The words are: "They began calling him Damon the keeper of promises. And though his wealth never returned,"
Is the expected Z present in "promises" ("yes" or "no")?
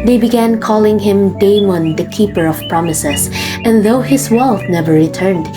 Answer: no